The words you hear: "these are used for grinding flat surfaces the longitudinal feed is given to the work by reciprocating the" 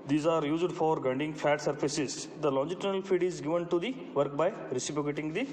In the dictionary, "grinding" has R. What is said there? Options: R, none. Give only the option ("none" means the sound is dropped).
none